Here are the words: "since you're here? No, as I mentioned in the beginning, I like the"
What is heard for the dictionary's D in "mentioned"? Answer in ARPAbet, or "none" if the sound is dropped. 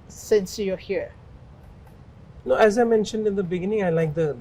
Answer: D